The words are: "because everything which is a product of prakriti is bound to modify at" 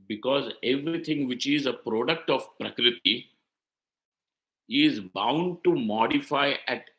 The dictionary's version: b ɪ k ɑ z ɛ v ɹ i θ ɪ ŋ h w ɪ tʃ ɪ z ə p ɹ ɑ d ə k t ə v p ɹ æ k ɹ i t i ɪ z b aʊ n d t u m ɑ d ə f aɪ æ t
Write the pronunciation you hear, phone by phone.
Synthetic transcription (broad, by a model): b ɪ k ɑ z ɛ v ɹ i t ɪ ŋ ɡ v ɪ tʃ ɪ z ə p ɹ ɑ d ə k t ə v p ɹ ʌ k ɹ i t i ɪ z b aʊ n d t u m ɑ d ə f aɪ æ t